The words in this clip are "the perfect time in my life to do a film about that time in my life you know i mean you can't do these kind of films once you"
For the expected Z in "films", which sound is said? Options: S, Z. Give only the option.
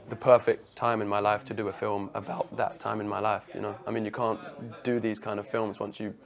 Z